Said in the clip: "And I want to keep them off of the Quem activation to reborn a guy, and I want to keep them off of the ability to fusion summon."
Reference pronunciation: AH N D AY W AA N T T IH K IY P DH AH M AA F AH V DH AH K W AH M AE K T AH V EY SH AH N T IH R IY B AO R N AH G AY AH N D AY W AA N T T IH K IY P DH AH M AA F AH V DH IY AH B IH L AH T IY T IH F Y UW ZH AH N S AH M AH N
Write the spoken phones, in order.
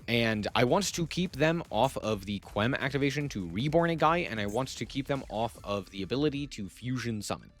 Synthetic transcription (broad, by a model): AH N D AY W AA N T T IH K IY P DH AH M AA F AH V DH AH K W AH M AE K T AH V EY SH AH N T IH R IY B AO R N AH G AY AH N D AY W AA N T T IH K IY P DH AH M AA F AH V DH IY AH B IH L AH T IY T IH F Y UW ZH AH N S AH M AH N